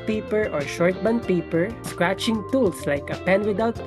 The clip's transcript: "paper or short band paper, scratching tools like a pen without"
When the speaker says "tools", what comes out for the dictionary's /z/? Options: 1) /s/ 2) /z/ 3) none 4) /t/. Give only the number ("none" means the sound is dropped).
1